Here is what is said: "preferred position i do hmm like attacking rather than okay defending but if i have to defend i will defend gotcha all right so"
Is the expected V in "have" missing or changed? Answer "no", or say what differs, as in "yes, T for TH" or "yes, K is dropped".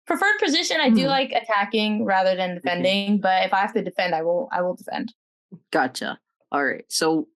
yes, F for V